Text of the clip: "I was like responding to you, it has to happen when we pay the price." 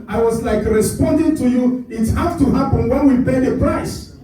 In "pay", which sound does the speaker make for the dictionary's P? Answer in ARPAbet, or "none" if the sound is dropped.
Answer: P